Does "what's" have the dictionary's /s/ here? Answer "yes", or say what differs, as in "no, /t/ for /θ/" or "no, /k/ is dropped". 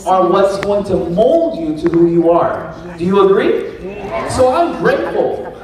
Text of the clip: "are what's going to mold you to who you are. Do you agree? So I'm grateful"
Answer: yes